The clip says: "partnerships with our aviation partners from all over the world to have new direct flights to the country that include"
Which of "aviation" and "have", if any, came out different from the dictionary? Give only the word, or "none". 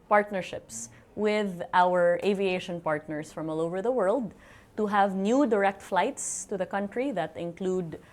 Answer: none